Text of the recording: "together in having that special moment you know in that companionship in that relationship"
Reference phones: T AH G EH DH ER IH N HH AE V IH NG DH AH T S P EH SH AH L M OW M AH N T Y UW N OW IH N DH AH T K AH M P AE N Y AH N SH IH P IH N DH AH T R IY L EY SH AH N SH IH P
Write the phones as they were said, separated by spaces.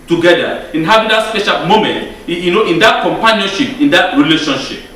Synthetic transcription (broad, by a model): T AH G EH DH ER IH N HH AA B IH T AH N S P EH SH AH L M OW M AH N T Y UW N OW IH N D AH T K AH M P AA N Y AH N SH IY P IH N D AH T R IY L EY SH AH N SH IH P